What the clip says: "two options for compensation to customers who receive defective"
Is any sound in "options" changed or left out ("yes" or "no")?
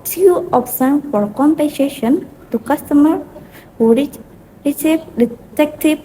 yes